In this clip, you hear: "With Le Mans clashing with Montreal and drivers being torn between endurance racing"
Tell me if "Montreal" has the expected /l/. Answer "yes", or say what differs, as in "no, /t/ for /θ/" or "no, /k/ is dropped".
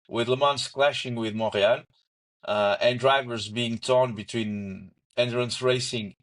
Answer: no, /n/ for /l/